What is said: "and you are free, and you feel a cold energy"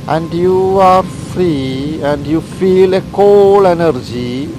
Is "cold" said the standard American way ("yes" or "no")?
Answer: no